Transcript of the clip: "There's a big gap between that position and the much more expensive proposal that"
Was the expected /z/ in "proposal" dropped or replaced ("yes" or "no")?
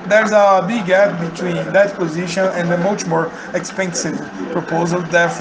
no